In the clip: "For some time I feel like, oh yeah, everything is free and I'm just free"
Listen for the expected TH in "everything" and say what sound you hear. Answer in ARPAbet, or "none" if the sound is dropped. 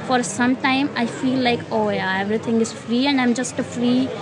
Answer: T